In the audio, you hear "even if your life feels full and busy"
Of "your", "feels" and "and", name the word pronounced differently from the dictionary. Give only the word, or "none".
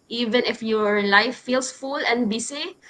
feels